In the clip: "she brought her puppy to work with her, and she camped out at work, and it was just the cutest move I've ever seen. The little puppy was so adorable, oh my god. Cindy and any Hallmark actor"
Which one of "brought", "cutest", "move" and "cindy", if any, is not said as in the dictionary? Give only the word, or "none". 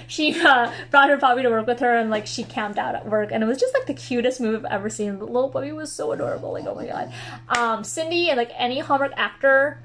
none